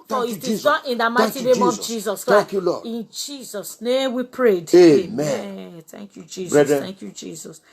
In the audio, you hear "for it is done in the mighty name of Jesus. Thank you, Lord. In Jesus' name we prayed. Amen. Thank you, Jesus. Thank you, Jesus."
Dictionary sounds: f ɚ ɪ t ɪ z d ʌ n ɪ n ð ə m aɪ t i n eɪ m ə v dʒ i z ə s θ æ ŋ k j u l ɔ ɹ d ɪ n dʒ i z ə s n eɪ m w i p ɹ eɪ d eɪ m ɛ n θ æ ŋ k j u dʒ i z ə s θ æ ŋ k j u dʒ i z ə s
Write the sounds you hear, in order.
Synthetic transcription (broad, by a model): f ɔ ɪ t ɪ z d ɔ ɪ n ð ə m aɪ t i n eɪ m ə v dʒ i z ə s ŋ k j u l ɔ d ɪ n dʒ i z ə s n eɪ m w i p ɹ eɪ d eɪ m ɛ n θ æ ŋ k j u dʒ i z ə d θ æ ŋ k j u dʒ i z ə s